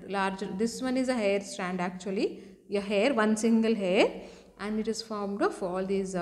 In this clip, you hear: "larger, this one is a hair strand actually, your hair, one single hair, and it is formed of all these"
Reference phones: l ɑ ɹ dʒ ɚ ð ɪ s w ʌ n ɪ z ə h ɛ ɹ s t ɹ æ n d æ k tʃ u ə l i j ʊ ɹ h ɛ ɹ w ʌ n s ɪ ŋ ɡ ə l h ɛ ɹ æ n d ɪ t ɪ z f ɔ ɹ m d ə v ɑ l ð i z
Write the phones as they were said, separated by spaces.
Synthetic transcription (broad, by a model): l ɑ ɹ dʒ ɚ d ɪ s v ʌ n ɪ z ə h ɛ ɹ s t ɹ æ n d æ k tʃ u ə l i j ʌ h ɛ ɹ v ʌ n s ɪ ŋ ɡ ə l h ɛ ɹ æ n d ɪ t ɪ z f ɔ ɹ m d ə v ɑ l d i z